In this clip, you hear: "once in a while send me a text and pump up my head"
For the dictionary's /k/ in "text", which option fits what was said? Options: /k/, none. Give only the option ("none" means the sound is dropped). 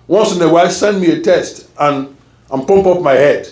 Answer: none